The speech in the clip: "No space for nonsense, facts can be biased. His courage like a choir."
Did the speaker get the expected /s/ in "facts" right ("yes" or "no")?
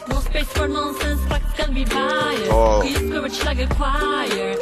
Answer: no